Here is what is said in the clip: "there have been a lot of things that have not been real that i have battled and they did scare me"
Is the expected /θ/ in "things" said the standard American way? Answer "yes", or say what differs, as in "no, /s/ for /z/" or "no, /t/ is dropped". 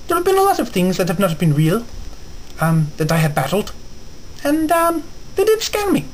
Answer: yes